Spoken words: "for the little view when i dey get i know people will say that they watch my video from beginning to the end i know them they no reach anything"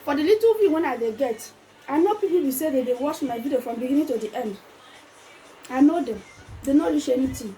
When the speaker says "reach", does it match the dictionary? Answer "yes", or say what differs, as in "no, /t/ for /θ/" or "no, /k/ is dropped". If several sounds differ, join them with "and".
no, /l/ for /ɹ/